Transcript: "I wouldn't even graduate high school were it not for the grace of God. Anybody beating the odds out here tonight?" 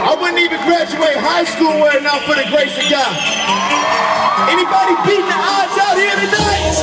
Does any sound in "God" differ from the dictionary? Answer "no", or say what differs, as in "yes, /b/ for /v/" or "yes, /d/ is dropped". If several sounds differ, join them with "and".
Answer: yes, /d/ is dropped